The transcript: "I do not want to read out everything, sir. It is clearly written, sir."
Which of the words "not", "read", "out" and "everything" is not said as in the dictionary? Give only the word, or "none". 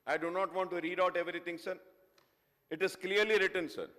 everything